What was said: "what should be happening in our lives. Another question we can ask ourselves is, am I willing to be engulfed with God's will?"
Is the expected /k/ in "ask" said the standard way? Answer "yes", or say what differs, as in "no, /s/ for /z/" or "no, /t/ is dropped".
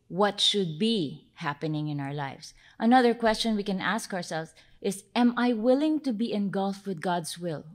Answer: yes